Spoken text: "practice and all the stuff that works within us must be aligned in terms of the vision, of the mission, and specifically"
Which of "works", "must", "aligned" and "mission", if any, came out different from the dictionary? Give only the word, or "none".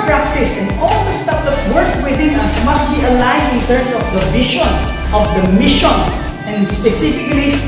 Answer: works